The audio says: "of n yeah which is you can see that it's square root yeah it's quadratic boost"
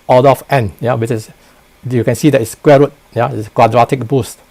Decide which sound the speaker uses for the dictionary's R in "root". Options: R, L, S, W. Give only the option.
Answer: R